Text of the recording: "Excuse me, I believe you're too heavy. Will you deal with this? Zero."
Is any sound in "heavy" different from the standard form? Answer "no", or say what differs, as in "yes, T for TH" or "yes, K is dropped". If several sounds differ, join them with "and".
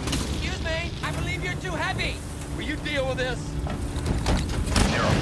yes, P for V